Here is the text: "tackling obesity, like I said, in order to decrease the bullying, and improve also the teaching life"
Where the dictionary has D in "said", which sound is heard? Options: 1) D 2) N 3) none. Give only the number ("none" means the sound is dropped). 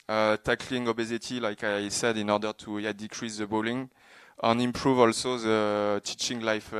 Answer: 1